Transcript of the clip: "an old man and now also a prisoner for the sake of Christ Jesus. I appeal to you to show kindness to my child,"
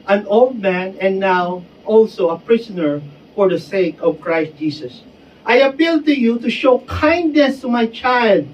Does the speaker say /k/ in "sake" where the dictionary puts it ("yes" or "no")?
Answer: yes